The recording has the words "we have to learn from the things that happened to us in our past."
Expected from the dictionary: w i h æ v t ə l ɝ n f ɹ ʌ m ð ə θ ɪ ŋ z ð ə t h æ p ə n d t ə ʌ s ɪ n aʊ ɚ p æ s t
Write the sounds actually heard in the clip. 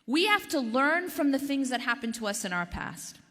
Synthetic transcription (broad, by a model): w i h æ f t ə l ɝ n f ɹ ʌ m ð ə θ ɪ ŋ z ð ə t h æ p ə n t ə ʌ s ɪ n aʊ ɚ p æ s t